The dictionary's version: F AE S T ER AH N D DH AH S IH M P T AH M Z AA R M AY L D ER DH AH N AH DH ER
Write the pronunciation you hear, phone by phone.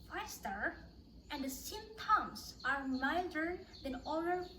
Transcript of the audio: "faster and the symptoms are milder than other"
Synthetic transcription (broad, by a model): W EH S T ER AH N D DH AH S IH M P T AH M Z AA R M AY D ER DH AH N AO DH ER